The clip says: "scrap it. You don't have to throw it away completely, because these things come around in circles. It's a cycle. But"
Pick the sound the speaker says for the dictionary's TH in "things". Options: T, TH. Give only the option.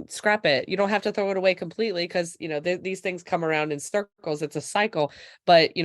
TH